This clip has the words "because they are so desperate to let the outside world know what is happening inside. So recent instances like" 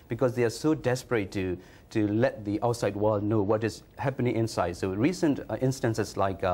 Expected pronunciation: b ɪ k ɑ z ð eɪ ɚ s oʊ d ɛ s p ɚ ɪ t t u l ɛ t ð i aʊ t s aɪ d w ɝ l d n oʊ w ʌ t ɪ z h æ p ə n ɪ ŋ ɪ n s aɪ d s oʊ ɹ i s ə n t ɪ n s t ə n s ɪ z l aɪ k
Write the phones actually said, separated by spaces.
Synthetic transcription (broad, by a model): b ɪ k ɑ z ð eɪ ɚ s oʊ d ɛ s p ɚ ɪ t t u l ɛ t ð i aʊ t s aɪ d w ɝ l d n oʊ w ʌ t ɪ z h æ p ə n ɪ ŋ ɪ n s aɪ d s oʊ ɹ i s ə n t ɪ n s t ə n s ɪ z l aɪ k